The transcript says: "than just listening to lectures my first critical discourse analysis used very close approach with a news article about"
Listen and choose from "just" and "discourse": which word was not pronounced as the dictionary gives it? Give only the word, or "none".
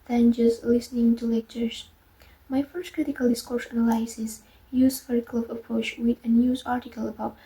none